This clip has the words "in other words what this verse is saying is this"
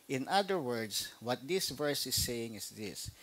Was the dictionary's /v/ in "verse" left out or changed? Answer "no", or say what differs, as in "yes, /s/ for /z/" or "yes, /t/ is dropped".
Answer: no